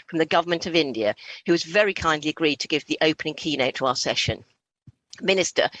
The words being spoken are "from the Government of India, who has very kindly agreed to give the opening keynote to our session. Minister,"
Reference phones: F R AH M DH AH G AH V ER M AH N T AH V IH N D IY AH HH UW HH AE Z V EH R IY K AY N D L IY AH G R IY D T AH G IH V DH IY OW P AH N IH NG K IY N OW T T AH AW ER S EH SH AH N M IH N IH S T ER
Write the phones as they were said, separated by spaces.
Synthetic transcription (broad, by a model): F R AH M DH AH G AH V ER M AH N T AH V IH N D IY AH HH UW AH Z V EH R IY K AY N D L IY AH G R IY D T AH G IH V DH IY OW P AH N IH NG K IY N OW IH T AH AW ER S EH SH AH N M IH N IH S T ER